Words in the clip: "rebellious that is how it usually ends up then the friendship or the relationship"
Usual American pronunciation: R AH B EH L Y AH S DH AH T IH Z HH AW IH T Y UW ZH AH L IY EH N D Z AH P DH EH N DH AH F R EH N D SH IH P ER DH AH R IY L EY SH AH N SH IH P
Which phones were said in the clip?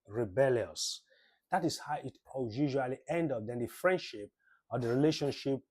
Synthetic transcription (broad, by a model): R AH B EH L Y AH S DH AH T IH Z HH AW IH T Y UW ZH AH L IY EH N D AH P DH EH N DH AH F R EH N D SH IH P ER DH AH R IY L EY SH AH N SH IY P